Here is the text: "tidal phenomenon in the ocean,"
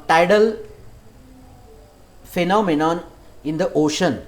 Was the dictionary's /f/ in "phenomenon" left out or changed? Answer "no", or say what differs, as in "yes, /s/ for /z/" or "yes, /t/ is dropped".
no